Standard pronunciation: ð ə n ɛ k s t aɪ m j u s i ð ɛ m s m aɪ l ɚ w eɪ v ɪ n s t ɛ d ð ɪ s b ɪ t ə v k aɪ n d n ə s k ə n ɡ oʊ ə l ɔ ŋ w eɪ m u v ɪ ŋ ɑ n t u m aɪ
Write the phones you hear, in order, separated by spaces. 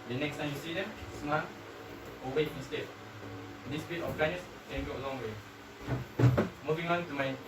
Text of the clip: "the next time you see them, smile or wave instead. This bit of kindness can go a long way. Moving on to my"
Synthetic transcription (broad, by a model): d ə n ɛ k s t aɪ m j u s i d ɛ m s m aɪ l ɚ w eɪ ɪ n s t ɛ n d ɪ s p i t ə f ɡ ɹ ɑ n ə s k ə n ɡ oʊ ə l ɔ ŋ w eɪ m u v ɪ ŋ ɑ n t u m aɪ